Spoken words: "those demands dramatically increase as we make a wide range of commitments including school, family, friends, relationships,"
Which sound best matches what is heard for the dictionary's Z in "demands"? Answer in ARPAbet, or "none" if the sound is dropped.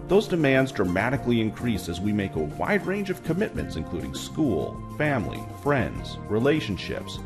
Z